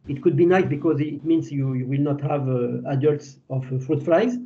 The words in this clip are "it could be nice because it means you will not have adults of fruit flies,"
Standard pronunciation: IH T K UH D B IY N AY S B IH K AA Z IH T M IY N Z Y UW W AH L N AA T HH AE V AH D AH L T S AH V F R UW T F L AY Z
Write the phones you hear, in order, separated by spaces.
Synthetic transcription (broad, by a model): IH T K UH D B IY N AY S B IH K AA Z IH T M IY N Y Y UW W AH L N AA T HH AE V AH D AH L T S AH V F R UW T F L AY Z